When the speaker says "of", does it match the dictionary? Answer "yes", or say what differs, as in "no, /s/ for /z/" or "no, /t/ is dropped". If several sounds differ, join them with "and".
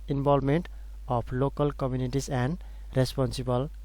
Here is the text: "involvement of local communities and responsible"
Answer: no, /p/ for /v/